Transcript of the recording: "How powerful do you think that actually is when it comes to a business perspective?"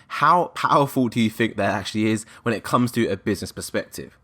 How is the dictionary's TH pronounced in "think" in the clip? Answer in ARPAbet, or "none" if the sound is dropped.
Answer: TH